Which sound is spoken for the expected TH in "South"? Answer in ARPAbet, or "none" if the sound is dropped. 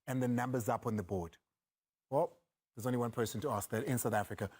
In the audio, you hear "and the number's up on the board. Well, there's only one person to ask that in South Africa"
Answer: TH